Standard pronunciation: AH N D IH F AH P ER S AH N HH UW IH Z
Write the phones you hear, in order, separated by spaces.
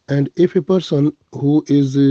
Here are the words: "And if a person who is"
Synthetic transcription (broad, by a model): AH N D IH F AH P ER S AH N HH UW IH Z